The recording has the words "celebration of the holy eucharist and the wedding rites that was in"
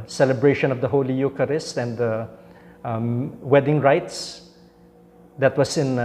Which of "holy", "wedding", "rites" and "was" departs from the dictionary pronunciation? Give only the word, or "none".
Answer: was